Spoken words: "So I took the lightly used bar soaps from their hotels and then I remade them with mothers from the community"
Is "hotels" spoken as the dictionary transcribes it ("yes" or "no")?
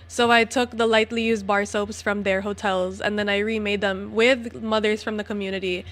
yes